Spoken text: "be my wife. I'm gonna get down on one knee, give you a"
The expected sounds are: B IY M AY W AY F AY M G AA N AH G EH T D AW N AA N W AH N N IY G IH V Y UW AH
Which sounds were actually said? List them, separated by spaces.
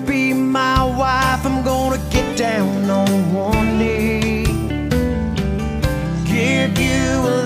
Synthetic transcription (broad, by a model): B IY M AY W AY F AY M G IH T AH G EH T D AW N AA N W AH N L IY G IH V Y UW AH